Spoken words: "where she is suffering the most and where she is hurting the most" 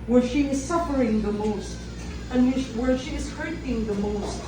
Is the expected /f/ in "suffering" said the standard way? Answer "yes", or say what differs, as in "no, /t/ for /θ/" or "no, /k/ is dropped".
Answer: yes